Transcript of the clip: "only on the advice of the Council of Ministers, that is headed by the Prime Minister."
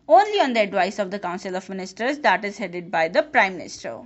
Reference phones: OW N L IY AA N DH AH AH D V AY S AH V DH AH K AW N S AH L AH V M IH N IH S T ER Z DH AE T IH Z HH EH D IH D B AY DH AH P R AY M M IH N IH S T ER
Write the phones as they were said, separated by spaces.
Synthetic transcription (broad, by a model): OW N L IY AA N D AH AH D V AY S AH V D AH K AW N S AH L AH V M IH N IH S T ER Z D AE T IH Z HH EH D IH D B AY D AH P R AY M M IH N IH S T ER